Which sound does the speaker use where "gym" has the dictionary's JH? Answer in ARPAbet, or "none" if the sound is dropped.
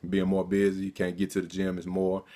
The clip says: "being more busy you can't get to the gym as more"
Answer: JH